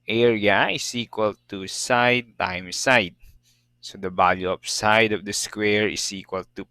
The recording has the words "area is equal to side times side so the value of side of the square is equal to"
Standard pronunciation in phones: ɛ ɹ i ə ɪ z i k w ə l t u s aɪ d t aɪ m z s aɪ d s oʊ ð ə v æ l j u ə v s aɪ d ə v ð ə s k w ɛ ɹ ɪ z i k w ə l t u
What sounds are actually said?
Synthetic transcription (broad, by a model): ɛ ɹ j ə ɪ s i k w ə l t u s aɪ d t aɪ m s aɪ d s oʊ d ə b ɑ l j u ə p s aɪ d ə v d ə s k w ɛ ɹ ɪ s i k w ə l t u